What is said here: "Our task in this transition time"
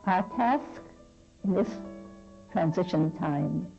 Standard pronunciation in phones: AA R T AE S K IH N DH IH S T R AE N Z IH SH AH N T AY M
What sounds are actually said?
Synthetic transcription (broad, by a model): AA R T AE S K IH N DH IH S T R AE N Z IH SH AH N T AY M